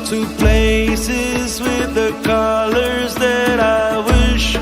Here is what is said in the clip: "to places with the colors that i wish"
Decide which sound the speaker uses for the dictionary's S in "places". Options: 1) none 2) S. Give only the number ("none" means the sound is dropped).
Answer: 2